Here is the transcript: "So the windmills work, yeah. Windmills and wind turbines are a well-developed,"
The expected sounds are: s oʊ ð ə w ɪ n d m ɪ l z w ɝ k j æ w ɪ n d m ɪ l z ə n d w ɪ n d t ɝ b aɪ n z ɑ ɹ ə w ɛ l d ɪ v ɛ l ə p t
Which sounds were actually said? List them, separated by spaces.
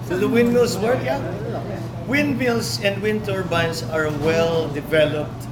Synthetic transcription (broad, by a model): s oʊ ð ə w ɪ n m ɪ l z w ɝ k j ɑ w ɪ n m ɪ l s ə n d w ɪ n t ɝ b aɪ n s ɑ ɹ w ɛ l d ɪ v ɛ l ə p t